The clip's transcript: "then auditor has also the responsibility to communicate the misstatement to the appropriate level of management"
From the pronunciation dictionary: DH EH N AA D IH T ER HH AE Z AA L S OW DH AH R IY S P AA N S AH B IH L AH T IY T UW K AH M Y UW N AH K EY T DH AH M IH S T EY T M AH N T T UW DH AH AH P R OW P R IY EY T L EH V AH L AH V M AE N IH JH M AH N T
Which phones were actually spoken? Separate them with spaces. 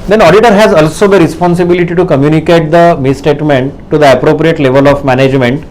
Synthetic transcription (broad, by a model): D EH N AA D IH T ER HH AE Z AA L S OW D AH R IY S P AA N S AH B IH L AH T IY T UW K AH M Y UW N AH K EY T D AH M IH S T EY T M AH N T T UW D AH AH P R OW P R IY EY T L EH V AH L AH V M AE N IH JH M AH N T